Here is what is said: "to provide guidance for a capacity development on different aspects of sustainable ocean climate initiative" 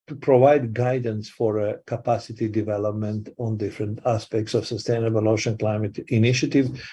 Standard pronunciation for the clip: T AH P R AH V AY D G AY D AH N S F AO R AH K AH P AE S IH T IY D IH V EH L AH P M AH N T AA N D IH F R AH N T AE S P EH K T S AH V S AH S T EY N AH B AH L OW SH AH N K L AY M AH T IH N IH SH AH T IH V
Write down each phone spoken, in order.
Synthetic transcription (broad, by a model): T P R AH V AY D G AY D AH N S F AO R AH K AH P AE S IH T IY D IH V EH L AH P M AH N T AA N D IH F R AH N T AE S P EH K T S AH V S AH S T EY N AH B AH L OW SH AH N K L AY M AH T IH N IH SH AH T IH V